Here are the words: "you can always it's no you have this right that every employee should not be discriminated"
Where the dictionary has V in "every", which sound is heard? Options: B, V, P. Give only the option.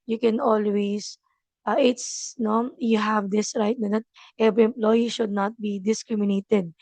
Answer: B